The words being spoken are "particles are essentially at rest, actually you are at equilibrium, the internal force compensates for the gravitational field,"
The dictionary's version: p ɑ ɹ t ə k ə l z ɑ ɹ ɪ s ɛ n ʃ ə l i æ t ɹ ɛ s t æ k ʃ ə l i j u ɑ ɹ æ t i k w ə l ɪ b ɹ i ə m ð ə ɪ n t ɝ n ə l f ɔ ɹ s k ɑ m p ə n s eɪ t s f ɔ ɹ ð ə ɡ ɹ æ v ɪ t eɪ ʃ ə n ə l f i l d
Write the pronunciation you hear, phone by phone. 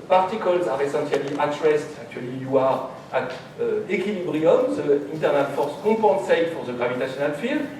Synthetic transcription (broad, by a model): p ɑ ɹ t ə k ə l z ɑ ɹ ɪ s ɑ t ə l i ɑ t ɹ ɛ s t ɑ k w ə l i j u ɑ ɹ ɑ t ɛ k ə l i b ɹ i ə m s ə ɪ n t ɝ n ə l f ɔ ɹ s k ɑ p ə s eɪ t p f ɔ ɹ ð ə ɡ ɹ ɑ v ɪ t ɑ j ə n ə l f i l